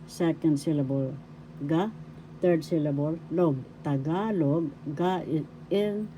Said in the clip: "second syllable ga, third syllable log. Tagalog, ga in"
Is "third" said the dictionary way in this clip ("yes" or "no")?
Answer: no